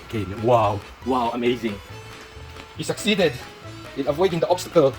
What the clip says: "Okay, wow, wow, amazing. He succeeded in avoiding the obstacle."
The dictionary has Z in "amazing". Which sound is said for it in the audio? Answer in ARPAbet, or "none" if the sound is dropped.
Z